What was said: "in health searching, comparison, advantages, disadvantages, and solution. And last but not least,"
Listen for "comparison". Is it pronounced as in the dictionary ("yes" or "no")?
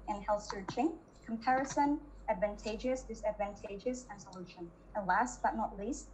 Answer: yes